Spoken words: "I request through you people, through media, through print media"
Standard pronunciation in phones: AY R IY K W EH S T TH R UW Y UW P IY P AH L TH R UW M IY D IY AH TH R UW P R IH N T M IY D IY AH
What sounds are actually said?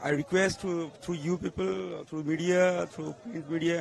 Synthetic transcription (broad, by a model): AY R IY K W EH S T T R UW Y UW P IY P AH L T R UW M IY D IY AH T R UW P AO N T M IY D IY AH